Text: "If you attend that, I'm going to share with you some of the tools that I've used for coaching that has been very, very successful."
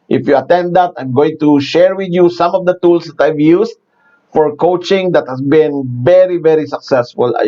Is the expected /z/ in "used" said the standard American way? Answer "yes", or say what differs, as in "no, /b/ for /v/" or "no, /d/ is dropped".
no, /s/ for /z/